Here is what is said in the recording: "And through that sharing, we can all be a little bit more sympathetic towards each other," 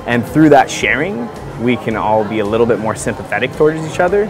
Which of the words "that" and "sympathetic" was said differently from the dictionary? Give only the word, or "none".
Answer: none